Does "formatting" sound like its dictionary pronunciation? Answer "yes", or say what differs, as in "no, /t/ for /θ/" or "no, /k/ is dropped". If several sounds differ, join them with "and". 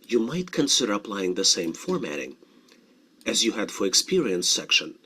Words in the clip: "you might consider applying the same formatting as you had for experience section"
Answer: yes